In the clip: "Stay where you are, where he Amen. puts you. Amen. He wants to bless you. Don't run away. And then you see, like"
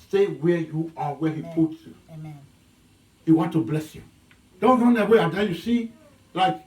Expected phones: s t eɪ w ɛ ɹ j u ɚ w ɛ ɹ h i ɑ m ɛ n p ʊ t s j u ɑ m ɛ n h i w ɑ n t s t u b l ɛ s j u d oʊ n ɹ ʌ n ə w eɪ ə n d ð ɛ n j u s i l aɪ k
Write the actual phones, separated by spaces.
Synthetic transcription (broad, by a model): s t eɪ w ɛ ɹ j u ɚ w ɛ h i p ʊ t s j u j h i w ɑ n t t u b l ɛ s j u d oʊ n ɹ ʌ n ə w eɪ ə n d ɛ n j u s i l aɪ k